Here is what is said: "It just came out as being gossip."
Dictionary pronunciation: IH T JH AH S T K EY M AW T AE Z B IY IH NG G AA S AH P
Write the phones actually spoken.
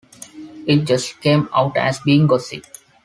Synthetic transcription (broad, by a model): IH T JH AH S T K EY M AW T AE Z B IY IH NG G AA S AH